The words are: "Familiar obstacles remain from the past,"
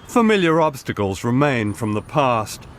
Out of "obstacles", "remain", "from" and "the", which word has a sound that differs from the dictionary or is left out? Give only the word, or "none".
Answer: none